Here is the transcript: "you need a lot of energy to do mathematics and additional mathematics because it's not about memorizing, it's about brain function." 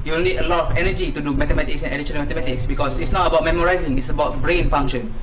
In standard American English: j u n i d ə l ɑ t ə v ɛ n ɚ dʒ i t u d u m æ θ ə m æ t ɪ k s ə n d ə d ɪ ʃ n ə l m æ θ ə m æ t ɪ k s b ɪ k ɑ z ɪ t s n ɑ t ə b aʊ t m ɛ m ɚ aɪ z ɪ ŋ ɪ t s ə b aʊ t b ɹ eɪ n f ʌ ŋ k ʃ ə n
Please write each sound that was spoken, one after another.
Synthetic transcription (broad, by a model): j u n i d ə l ɑ t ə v ɛ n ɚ dʒ i t u d u m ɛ t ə m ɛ t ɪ k s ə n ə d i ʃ ə n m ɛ t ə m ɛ t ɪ k s b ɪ k ɑ s ɪ t s n ɑ t ə b aʊ t m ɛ m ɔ aɪ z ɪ ŋ ɪ t s ə b aʊ t b ɹ eɪ n f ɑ ŋ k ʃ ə n